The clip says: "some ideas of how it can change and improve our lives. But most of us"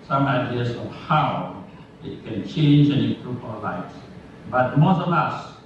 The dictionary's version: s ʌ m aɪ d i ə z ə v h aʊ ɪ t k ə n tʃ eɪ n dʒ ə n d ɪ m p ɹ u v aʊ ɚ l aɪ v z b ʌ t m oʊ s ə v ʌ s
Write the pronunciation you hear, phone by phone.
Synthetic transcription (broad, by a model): s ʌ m aɪ d i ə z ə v h aʊ ɪ t k ə n tʃ eɪ n dʒ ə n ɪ p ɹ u p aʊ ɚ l aɪ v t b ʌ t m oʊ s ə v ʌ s